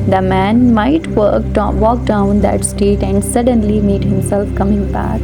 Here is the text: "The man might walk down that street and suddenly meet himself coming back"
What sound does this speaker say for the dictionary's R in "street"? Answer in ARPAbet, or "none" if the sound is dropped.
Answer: none